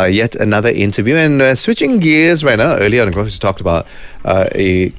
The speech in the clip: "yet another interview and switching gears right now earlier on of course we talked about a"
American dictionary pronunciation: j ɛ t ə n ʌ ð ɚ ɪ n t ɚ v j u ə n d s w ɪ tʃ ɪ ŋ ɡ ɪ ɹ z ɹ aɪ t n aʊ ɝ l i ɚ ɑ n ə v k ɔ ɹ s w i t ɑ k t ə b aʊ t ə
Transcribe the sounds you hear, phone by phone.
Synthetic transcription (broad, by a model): j ɛ t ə n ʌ ð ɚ ɪ n t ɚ v j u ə n s w ɪ tʃ ɪ ŋ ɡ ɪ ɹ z ɹ aɪ t n aʊ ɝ l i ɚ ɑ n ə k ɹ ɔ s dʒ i t ɑ k t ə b aʊ t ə